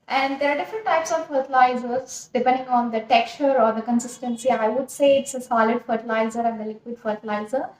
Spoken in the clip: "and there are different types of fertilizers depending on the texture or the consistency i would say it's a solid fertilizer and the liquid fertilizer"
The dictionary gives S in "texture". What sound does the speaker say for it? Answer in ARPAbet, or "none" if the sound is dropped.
none